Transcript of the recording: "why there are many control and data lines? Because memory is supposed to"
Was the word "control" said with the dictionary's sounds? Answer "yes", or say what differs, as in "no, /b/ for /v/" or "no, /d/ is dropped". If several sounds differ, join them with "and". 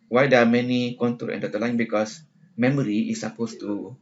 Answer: no, /ɹ/ is dropped